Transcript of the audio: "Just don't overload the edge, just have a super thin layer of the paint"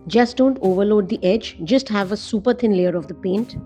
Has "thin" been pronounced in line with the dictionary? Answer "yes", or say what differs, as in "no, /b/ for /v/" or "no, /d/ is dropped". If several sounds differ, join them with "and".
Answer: no, /t/ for /θ/